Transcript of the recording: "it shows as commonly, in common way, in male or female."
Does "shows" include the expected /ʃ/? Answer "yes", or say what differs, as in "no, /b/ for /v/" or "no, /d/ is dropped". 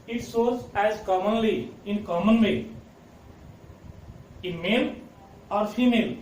no, /s/ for /ʃ/